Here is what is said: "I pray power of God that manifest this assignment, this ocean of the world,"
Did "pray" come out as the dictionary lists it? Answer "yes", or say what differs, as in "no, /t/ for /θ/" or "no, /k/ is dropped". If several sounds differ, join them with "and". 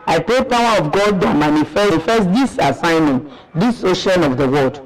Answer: no, /ɹ/ is dropped